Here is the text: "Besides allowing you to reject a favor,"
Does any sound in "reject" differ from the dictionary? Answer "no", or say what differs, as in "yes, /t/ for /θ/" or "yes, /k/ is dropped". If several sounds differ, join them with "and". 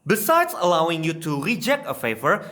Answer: no